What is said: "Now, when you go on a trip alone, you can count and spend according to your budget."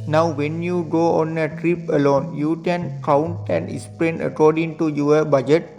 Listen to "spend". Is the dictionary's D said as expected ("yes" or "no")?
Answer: no